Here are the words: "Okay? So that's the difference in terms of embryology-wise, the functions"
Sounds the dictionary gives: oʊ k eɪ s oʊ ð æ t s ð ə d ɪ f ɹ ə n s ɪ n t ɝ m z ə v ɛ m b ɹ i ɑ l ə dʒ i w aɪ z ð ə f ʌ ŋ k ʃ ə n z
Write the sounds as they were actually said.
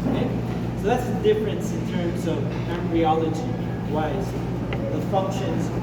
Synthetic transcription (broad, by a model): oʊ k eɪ s oʊ ð æ t s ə d ɪ f ɹ ə n s ɪ n t ɝ m z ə v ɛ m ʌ ɹ i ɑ l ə dʒ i w aɪ z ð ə f ʌ ŋ k ʃ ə n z